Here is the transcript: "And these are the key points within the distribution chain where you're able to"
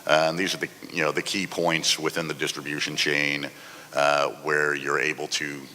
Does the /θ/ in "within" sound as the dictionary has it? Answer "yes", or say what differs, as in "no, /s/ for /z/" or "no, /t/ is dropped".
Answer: yes